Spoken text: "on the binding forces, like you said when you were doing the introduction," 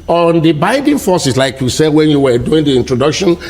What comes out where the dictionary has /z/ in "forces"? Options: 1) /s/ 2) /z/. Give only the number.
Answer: 1